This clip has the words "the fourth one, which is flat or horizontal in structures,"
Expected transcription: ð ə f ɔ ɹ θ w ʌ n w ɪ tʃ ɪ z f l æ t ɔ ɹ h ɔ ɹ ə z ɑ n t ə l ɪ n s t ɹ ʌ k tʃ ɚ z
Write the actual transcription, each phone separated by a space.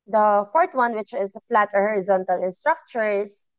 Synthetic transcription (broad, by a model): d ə f ɔ ɹ t w ʌ n w ɪ tʃ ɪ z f l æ t ɔ ɹ h ɔ ɹ ə z ɑ n t ə l ɪ n s t ɹ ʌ k tʃ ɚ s